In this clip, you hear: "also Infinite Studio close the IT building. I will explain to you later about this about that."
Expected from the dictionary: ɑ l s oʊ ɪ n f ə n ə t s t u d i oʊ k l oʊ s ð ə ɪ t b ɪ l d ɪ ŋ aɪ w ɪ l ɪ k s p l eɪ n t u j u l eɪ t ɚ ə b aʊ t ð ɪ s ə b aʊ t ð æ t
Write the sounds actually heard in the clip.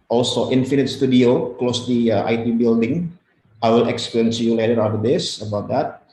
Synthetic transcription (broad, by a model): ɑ l s oʊ ɪ n f ə n ə t s t u d i oʊ k l oʊ s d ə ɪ t b ɪ l d ɪ ŋ aɪ w ɪ l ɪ k s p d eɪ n s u j u l eɪ t ɚ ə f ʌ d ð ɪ s ə b aʊ t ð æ t